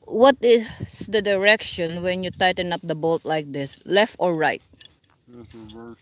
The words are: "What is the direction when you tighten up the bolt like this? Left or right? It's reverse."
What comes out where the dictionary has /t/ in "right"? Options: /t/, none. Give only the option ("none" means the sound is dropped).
none